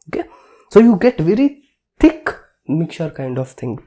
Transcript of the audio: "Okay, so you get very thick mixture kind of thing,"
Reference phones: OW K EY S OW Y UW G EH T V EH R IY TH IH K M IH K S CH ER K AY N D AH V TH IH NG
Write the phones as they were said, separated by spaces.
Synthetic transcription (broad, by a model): OW K EY S OW Y UW G EH T V EH R IY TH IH K M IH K CH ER K AY N D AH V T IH NG